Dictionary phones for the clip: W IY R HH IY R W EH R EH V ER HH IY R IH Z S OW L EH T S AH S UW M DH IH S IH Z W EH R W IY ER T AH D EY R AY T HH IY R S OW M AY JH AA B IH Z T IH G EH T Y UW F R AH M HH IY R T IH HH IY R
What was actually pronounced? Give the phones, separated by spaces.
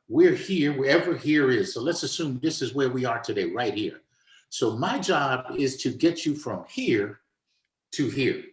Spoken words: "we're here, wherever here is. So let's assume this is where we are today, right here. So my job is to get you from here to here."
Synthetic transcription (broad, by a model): W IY R HH IY R W EH R EH V ER HH IY R IH Z S OW L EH T S AH S UW M DH IH S IH Z W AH R W IY ER T AH D EY R AY T HH IY R S OW M AY JH AA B IH Z T IH G EH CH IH F R AH M HH IY R T IH HH IY R